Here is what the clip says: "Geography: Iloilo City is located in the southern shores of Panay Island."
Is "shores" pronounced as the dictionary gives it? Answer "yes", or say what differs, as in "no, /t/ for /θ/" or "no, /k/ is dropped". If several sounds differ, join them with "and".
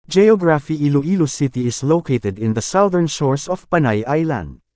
no, /s/ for /z/